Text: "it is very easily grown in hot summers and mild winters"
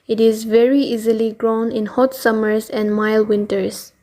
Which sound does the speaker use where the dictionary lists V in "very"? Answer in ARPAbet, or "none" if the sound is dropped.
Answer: V